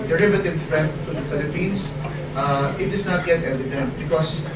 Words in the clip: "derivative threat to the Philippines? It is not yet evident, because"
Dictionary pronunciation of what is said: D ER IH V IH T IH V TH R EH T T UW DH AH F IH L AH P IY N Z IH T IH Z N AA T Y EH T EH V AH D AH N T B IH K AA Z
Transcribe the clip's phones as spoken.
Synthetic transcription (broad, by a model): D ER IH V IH T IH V F R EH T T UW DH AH F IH L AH P IY N S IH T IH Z N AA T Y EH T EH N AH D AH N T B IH K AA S